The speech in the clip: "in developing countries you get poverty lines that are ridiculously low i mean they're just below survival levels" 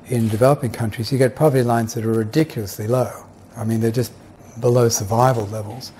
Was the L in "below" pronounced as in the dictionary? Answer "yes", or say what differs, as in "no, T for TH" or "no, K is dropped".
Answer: yes